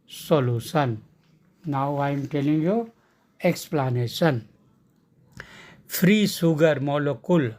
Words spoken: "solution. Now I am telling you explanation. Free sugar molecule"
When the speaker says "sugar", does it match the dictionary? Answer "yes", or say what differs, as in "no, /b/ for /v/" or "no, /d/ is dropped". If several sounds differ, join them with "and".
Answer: no, /s/ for /ʃ/